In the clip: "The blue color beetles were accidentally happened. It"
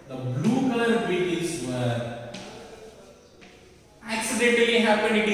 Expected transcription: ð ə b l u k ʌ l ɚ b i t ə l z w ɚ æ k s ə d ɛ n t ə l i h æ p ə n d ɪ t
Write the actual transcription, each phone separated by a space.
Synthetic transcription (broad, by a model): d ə b l u k ʌ l ɚ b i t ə z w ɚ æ k s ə d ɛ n t l i h æ p ə n d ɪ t